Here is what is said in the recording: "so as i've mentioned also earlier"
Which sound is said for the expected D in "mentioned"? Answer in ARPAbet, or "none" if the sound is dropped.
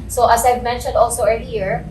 D